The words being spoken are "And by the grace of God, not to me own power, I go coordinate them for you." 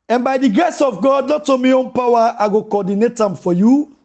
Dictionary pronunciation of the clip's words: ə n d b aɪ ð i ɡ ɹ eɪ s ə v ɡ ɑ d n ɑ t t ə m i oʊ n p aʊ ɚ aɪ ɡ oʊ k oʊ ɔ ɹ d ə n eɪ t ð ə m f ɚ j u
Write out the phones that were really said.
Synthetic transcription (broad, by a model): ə n b aɪ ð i ɡ ɹ eɪ s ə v ɡ ɑ d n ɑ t t ə m i oʊ n p aʊ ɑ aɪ ɡ oʊ k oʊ ɔ d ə n eɪ t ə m f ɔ j u